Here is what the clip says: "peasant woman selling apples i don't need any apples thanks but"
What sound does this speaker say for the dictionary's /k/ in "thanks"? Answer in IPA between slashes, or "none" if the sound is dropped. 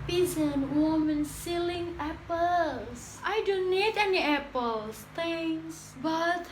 none